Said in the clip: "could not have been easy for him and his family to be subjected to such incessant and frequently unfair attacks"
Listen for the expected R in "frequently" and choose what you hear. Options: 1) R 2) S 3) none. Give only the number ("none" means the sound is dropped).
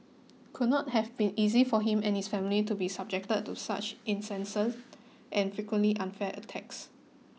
3